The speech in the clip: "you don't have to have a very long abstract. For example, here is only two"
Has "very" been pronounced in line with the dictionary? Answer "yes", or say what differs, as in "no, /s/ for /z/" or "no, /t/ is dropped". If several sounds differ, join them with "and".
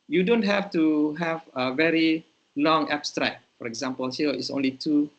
yes